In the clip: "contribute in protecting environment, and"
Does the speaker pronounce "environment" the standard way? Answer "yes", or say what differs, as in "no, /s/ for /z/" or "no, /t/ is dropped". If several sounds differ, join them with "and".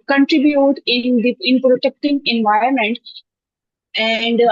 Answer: no, /ɹ/ is dropped